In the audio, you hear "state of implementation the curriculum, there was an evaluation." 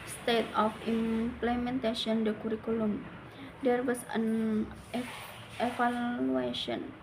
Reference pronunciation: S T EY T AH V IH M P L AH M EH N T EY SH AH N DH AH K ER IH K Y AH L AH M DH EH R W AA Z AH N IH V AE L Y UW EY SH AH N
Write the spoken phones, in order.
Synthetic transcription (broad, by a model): S T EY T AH F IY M P L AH M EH N T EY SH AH N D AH K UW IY K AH L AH M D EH R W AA S AH N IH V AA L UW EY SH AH N